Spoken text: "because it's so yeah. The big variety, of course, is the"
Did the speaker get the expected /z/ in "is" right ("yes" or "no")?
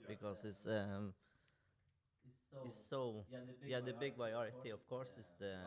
no